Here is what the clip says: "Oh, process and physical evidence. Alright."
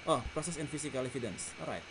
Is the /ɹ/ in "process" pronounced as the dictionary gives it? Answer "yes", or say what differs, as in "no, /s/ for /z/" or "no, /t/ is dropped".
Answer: yes